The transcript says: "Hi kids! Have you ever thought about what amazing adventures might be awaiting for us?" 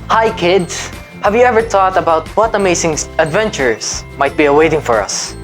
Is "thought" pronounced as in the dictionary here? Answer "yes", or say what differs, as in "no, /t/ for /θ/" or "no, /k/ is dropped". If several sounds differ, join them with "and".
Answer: no, /t/ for /θ/